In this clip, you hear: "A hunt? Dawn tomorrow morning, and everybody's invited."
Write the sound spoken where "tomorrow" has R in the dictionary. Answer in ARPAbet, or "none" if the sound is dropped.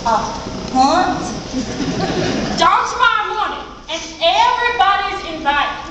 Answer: none